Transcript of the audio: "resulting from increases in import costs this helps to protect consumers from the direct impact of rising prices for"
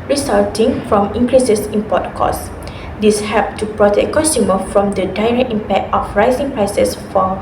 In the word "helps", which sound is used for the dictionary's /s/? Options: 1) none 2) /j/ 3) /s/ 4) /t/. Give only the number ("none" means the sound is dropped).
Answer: 1